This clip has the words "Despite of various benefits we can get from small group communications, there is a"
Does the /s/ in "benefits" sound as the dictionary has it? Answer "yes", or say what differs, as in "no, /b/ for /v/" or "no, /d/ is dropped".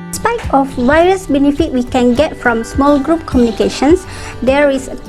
no, /s/ is dropped